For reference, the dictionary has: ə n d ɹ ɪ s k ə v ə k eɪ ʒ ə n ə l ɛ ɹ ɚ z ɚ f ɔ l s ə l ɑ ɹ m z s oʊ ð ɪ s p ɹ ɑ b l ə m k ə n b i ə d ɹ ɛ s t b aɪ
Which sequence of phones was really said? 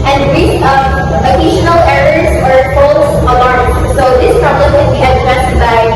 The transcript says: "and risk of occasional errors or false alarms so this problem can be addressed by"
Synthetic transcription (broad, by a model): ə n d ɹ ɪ k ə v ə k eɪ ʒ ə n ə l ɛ ɹ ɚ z ɚ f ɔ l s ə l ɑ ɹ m s oʊ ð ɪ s p ɹ ɑ b l ə m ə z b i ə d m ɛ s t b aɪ